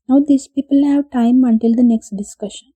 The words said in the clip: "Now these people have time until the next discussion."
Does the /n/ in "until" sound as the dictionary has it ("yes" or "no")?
yes